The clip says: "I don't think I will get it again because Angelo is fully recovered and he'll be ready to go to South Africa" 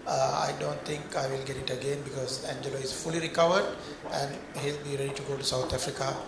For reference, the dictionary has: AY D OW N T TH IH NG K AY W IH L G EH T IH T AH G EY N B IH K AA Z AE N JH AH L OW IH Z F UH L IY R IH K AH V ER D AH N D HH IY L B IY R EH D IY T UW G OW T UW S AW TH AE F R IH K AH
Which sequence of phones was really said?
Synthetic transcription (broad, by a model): AY D OW N T T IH NG K AY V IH L G EH T IH T AH G EY N B IH K AA Z AE N JH AH L OW IH Z F UH L IY R IH K AH V ER D AH N D HH IY L B IY R EH D IY T UW G OW T UW S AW T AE F R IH K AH